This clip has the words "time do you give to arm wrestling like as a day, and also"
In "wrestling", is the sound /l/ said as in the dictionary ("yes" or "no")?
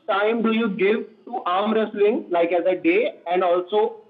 yes